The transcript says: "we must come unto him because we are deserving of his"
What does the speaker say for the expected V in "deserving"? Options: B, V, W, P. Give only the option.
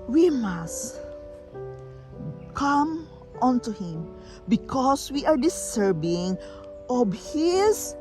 B